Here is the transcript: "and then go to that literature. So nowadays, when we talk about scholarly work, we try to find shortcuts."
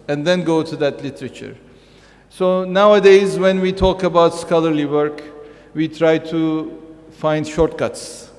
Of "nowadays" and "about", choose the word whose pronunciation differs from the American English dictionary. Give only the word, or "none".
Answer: none